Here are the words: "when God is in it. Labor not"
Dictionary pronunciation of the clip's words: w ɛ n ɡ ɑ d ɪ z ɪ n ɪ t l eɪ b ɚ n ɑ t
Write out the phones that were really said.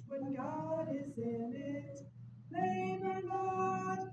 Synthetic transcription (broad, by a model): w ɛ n ɡ ɑ d ɪ z ɪ n ɪ t n eɪ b ɚ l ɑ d